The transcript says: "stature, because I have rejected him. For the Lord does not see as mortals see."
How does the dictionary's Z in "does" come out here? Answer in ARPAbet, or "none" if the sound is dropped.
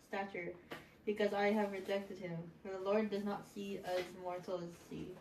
Z